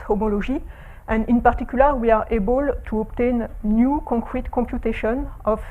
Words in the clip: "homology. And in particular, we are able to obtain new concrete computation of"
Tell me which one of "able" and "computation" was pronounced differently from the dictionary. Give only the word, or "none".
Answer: computation